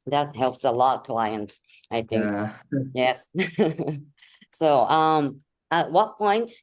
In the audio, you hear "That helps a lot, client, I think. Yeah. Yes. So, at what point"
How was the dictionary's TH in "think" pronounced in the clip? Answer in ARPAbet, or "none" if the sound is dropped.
TH